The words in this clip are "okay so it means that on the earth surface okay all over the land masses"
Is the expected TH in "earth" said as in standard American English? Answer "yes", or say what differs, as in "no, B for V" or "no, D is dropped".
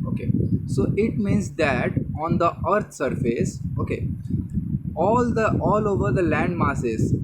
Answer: no, T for TH